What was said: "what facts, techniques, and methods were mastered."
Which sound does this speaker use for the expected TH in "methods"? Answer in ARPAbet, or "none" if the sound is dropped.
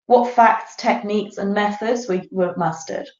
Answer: TH